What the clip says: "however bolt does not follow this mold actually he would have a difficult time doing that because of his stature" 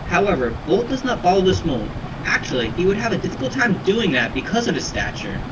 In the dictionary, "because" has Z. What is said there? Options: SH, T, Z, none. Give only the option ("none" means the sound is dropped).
Z